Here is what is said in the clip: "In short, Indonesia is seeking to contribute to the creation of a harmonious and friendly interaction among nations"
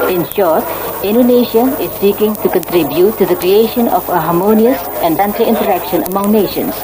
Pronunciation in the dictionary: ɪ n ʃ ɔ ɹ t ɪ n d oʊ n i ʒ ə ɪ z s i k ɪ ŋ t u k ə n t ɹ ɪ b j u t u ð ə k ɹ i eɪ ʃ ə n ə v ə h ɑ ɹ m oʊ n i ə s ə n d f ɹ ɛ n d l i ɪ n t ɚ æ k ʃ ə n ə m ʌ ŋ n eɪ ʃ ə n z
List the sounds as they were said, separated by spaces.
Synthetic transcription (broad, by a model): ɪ n ʃ ɔ ɹ t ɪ n d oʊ n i ʃ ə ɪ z s i k ɪ ŋ t u k ə n t ɹ ɪ b j u t u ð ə k ɹ i eɪ ʃ ə n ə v ə h ɑ ɹ m oʊ n i ə s ə n d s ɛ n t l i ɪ n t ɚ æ k ʃ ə n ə m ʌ ŋ n eɪ ʃ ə n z